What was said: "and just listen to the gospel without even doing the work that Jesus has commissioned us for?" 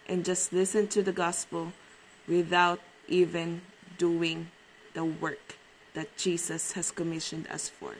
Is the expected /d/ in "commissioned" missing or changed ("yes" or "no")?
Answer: no